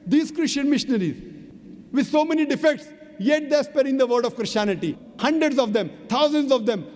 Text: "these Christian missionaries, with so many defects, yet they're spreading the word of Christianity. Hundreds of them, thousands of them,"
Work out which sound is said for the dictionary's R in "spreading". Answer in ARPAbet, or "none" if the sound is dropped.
none